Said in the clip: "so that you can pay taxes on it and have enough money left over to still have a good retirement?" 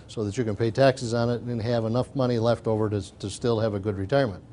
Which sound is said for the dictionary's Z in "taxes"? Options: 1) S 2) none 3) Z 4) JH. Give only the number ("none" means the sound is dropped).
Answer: 3